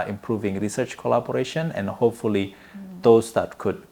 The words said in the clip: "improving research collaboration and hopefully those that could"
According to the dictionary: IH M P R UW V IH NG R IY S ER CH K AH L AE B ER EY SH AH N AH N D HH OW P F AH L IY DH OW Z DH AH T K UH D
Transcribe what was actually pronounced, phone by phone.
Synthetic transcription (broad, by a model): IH M P R UW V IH NG R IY S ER CH K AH L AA B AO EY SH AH N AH N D HH OW P F AH L IY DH OW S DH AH T K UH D